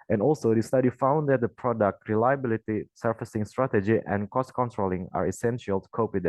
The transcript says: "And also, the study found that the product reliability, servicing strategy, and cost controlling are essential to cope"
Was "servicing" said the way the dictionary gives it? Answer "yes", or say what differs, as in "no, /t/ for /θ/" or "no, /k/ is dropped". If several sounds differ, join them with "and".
no, /f/ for /v/